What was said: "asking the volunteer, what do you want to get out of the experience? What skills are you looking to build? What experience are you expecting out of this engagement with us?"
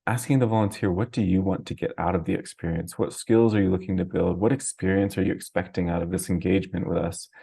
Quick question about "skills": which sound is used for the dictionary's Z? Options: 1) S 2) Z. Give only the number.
2